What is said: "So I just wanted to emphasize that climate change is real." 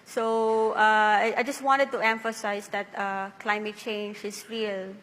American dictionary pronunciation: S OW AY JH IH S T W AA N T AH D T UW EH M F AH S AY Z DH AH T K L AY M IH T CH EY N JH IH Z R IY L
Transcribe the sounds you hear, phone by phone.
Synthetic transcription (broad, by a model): S OW AY JH IH S T W AA N T AH D T UW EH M F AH S AY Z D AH T K L AY M IH T CH EY N JH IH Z R IY L